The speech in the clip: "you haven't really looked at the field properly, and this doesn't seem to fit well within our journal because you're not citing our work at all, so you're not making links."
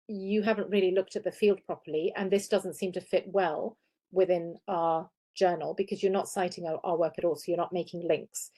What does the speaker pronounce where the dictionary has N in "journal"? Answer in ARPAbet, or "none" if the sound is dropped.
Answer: N